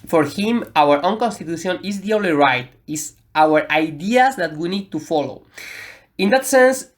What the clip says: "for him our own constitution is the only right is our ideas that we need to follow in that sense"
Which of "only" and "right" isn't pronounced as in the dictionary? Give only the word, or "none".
only